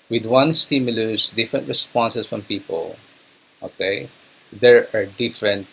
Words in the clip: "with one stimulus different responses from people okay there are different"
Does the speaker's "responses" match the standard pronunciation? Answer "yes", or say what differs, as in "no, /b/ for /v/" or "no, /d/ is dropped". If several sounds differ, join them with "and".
no, /s/ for /z/